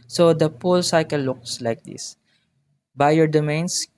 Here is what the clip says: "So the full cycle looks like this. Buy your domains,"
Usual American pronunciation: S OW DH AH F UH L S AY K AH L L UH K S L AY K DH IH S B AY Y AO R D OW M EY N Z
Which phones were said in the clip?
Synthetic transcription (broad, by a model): S OW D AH P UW L S AY K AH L L UH K S L AY K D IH S B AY Y AO R D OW M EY N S